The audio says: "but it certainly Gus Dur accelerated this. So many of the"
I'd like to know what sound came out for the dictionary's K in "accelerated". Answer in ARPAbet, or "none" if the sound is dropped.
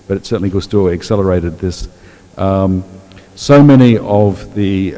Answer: K